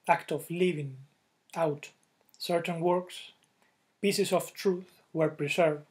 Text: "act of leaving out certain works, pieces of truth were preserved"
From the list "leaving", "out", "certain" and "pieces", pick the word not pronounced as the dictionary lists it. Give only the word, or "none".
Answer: pieces